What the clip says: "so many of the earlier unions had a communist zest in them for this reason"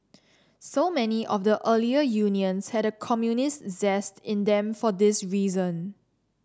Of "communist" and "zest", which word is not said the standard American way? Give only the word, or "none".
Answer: none